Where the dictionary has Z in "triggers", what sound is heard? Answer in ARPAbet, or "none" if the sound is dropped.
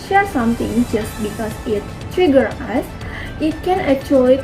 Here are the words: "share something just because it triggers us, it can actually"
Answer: none